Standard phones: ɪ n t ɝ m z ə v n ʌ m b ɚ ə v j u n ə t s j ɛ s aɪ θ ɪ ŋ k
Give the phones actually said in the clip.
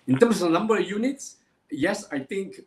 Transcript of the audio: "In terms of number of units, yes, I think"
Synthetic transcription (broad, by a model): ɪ n t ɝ m s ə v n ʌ m b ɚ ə j u n ə t s j ɛ s aɪ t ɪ ŋ k